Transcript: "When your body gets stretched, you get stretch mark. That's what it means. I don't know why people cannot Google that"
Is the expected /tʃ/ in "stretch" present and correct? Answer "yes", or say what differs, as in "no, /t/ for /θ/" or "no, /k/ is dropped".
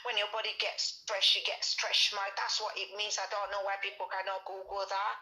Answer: no, /ʃ/ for /tʃ/